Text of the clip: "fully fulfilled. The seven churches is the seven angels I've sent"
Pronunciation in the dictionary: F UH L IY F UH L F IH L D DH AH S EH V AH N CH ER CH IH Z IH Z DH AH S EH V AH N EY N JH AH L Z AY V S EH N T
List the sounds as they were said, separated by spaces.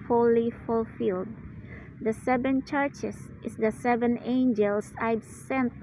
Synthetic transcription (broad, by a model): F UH L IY F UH L F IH L D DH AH S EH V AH N CH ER CH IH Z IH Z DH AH S EH V AH N EY N JH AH L S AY B S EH N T